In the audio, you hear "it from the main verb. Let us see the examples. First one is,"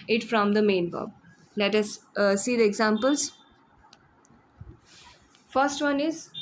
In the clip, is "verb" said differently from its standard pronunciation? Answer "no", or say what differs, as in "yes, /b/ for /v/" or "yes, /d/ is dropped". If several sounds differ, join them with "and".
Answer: yes, /b/ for /v/